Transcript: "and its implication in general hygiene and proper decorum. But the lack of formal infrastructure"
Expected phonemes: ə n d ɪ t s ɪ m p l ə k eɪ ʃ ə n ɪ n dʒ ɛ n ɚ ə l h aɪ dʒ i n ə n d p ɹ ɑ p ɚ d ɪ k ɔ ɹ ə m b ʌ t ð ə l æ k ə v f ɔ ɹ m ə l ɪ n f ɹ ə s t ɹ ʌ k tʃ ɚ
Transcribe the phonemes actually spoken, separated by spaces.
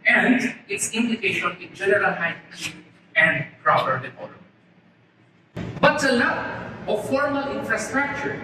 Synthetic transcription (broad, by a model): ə n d ɪ t s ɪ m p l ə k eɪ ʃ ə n ɪ n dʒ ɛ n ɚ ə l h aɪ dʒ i ə n d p ɹ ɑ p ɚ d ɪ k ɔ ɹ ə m b ʌ t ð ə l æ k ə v f ɔ ɹ m ə l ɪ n f ɹ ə s t ɹ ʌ k tʃ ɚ